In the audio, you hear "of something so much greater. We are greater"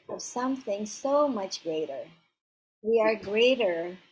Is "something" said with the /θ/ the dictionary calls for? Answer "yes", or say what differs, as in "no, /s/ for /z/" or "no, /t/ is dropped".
yes